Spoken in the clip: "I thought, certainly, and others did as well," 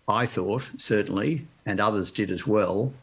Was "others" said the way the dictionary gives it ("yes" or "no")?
yes